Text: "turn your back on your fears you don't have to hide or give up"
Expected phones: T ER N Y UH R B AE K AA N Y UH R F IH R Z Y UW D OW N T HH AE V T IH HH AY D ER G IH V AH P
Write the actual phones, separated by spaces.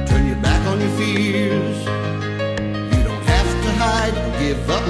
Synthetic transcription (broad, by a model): T ER N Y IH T B AE K N Y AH R F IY L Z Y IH D OW N T HH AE F T IH HH AY D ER G IH V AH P